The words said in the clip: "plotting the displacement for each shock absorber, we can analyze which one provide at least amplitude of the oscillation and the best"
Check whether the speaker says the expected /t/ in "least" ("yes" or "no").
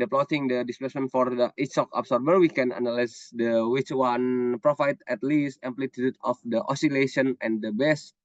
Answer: yes